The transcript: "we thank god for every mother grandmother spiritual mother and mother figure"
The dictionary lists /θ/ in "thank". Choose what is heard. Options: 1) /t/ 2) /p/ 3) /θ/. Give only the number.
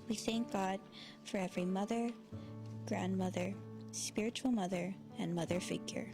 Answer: 3